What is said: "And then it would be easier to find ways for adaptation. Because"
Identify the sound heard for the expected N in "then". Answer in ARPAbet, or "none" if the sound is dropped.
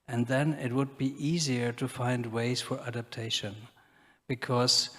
N